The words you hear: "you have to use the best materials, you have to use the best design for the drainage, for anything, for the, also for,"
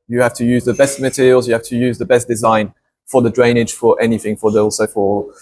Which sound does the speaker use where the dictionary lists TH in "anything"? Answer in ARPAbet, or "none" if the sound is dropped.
TH